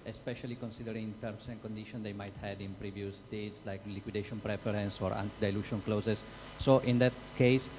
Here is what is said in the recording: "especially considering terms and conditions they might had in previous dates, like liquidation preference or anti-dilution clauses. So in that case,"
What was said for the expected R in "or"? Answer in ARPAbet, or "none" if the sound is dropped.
R